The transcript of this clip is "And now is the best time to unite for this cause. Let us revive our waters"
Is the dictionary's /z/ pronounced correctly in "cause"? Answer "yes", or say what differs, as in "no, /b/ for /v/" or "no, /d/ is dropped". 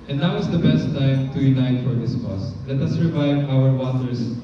no, /s/ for /z/